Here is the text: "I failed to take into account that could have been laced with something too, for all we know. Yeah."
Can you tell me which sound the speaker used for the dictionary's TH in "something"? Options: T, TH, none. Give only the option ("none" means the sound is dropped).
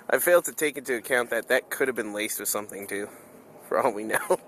TH